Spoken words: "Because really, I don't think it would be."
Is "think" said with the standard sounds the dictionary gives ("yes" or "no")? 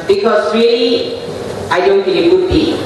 no